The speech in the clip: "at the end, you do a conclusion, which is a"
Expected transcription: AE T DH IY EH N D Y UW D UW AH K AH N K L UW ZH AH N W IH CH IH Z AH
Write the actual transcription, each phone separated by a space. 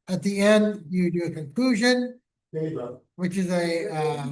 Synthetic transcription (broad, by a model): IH T DH IY EH N D Y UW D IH AH K AH N K L UW ZH AH N W IH CH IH Z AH